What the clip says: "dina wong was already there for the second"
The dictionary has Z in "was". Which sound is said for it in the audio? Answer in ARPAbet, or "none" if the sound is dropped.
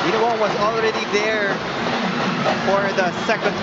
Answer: Z